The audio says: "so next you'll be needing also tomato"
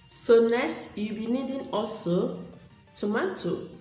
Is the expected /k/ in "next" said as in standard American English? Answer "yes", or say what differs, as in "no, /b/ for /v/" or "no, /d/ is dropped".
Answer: no, /k/ is dropped